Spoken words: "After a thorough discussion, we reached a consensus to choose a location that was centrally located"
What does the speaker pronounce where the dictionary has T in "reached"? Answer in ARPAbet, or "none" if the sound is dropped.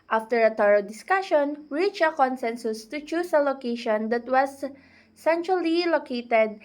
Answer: none